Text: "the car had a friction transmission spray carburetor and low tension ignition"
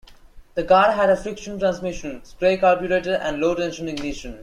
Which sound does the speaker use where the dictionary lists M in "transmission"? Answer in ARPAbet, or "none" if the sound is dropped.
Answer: M